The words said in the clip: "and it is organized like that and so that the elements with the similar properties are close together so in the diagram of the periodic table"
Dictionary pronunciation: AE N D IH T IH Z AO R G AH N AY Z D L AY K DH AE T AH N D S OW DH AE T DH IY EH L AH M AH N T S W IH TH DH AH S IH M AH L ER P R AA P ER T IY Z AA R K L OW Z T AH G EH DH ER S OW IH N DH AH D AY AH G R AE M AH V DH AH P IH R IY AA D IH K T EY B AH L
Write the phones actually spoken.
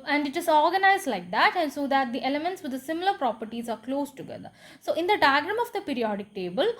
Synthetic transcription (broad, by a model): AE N D IH T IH S AO R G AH N AY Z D L AY K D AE T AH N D S OW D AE T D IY EH L AH M AH N T S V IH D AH S IH M AH L ER P R AA P ER T IY Z AA R K L OW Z T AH G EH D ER S OW IH N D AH D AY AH G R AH M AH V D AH P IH R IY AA D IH K T EY B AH L